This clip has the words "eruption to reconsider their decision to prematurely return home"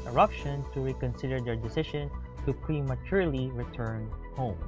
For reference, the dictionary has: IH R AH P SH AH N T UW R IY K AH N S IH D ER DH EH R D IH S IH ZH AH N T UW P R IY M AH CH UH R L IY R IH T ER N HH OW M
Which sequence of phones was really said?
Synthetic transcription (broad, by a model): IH R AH P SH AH N T UW R IY K AH N S IH D ER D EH R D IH S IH SH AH N T UW P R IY M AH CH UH R L IY R IH T ER N HH OW M